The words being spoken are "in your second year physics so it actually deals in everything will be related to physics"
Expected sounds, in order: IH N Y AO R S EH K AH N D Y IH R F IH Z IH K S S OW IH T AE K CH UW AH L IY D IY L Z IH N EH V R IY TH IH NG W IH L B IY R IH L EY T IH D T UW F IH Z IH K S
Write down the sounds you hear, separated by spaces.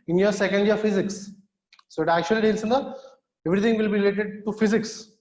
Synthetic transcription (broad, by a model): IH N Y AO R S EH K AH N D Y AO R F IH Z IH K S S OW IH T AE K CH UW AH L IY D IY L S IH N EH V R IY T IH NG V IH L B IY R IH L EY T IH D T UW F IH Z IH K S